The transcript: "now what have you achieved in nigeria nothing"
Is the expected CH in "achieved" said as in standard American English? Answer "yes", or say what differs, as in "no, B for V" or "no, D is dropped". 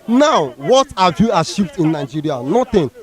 no, SH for CH